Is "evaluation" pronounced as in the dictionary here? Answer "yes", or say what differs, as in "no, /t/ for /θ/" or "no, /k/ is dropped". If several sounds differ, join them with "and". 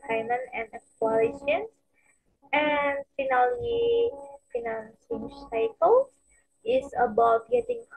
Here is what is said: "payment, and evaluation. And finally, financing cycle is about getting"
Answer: no, /w/ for /v/